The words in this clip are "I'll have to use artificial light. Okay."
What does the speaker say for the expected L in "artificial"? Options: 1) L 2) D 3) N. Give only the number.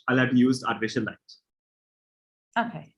3